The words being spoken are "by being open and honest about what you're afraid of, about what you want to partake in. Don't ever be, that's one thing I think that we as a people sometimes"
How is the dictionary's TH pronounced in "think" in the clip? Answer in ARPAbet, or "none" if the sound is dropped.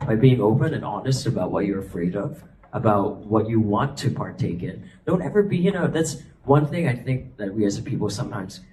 TH